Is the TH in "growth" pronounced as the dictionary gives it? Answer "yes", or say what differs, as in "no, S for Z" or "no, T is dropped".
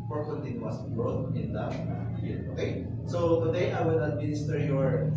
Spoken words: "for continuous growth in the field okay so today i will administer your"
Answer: no, T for TH